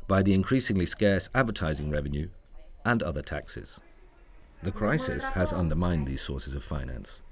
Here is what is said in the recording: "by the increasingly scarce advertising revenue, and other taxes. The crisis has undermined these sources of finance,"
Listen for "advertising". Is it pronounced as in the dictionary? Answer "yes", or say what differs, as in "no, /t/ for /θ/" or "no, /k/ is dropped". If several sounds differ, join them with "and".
yes